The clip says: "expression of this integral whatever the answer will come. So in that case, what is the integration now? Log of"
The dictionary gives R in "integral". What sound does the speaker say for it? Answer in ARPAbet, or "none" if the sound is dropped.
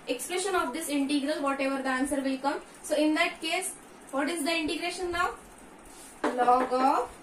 R